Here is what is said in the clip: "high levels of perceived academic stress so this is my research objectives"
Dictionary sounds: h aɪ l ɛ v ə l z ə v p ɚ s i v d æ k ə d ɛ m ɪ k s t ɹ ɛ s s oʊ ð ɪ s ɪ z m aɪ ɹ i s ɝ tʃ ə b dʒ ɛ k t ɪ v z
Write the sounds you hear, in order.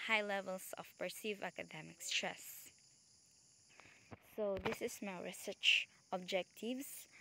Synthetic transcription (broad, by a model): h aɪ l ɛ v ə l s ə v p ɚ s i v æ k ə d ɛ m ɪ k s t ɹ ɛ s s oʊ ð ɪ s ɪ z m aɪ ɹ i s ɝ tʃ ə b dʒ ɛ k t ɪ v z